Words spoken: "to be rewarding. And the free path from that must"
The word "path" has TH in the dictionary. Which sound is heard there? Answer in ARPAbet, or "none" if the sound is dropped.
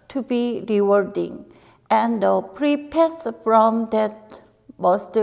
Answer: S